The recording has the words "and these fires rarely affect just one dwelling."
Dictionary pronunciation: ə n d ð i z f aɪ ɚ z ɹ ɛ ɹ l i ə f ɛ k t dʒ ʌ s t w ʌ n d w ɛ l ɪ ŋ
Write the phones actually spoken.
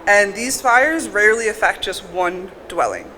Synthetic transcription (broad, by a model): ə n ð i z f aɪ ɚ z ɹ ɛ ɹ l i ə f ɛ k t dʒ ʌ s t w ʌ n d w ɛ l ɪ ŋ